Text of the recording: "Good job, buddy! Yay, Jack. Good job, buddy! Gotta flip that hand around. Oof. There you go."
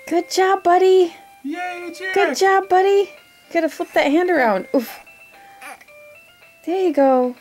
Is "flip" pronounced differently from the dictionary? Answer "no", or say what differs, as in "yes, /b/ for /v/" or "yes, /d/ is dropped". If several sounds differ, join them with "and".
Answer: yes, /l/ is dropped